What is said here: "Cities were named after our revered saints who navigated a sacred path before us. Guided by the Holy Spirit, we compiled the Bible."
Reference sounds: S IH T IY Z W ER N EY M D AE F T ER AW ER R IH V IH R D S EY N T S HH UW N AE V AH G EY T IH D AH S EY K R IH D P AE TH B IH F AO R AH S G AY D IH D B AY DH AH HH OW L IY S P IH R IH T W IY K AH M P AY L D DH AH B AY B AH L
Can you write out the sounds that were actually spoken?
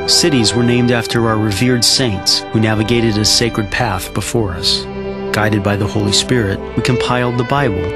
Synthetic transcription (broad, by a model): S IH T IY Z W ER N EY M D AE F T ER AW ER R IH V IH R D S EY N T S HH UW N AE V AH G EY T IH D AH S EY K R IH D P AE TH B IH F AO R AH S G AY D IH D B AY DH AH HH OW L IY S P IH R IH T W IY K AH M P AY L D DH AH B AY B L